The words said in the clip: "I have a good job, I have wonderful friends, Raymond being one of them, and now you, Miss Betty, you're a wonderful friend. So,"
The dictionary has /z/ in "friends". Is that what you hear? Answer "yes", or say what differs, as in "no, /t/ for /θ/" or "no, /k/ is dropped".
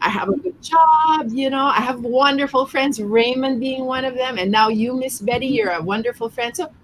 yes